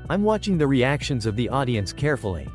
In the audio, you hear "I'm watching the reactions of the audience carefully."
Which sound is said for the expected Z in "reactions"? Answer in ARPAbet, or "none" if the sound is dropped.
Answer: Z